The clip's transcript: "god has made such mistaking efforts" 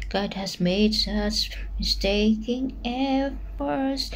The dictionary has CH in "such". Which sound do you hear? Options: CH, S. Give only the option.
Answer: S